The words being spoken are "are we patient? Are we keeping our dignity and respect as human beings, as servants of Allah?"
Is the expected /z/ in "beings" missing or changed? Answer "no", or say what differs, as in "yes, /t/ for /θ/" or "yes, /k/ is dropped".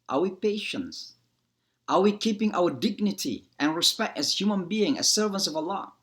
yes, /z/ is dropped